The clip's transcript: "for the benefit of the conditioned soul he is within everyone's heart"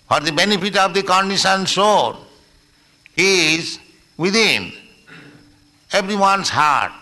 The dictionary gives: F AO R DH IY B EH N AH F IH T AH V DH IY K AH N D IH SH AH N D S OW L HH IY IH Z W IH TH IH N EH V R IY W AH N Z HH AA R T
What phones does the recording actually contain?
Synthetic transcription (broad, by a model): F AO R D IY B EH N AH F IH T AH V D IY K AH N D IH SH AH N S OW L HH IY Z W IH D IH N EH B R IY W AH N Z HH AA R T